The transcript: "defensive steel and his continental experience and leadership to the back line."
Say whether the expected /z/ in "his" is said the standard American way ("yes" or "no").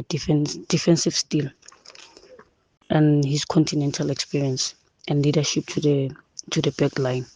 no